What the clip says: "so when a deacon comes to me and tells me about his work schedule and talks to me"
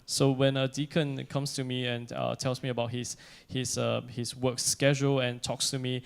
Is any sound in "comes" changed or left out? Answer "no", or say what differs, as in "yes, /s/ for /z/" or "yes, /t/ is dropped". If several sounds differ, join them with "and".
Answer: yes, /s/ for /z/